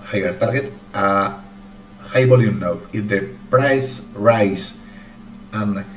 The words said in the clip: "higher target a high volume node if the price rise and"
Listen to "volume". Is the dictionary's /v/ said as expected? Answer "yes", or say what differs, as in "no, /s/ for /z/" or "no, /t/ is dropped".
no, /b/ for /v/